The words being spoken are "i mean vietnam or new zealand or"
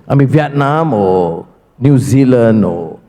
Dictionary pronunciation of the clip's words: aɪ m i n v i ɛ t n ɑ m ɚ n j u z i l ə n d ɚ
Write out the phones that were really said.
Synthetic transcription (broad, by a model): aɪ m i n v i ɛ t n ɑ m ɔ n j u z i l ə n ɔ